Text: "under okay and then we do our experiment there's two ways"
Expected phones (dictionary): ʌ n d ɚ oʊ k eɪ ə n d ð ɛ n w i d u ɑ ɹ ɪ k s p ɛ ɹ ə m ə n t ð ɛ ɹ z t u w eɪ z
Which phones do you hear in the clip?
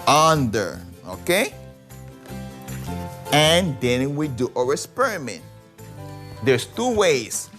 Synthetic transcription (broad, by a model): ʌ n d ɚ oʊ k eɪ ə n d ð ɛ n w i d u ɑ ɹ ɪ s p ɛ ɹ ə m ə n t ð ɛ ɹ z t u w eɪ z